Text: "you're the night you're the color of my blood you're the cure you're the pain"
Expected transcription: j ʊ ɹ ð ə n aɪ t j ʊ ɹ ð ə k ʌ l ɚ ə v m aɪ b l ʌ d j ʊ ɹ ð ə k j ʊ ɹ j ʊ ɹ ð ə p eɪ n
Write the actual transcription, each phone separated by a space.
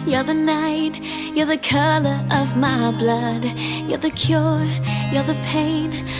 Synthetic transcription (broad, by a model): j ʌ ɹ ð ə n aɪ t j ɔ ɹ ð ə k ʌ l ɚ ə v m aɪ b l ʌ d j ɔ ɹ ð ə k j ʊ ɹ j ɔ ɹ ð ə p eɪ n